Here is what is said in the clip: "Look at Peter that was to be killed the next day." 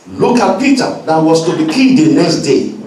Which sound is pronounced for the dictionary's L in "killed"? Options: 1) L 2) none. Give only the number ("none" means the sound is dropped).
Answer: 2